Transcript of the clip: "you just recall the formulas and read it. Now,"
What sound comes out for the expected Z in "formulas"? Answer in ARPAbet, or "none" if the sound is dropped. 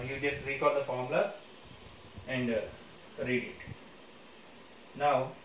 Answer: none